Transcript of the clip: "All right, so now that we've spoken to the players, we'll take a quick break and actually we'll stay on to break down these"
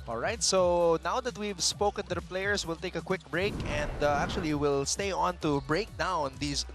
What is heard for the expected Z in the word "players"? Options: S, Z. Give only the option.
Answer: S